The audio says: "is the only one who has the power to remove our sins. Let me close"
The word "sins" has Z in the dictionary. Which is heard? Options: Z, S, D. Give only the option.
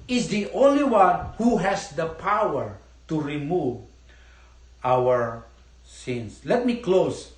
S